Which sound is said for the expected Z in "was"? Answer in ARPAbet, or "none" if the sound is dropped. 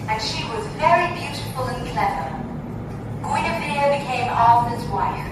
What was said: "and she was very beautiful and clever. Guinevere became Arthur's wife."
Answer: Z